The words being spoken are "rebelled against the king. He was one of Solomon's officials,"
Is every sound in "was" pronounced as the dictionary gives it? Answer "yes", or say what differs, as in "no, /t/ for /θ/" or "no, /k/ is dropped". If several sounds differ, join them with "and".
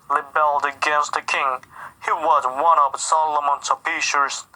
yes